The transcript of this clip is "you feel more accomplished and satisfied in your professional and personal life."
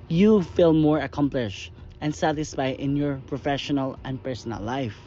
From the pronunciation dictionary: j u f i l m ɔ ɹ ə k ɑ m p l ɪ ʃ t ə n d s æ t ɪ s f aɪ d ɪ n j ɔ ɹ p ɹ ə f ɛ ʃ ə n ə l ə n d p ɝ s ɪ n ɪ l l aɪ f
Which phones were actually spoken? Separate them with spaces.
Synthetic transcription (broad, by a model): j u f i l m ɔ ɹ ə k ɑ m p l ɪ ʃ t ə n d s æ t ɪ s f aɪ ɪ n j ɔ ɹ p ɹ ə f ɛ ʃ ə n ə l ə n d p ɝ s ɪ n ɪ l l aɪ f